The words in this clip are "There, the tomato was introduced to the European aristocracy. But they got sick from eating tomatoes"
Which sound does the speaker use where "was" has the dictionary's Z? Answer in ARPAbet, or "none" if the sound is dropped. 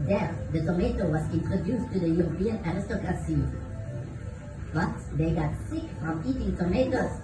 S